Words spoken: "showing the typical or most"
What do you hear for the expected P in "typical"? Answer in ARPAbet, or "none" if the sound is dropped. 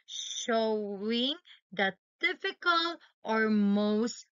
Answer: F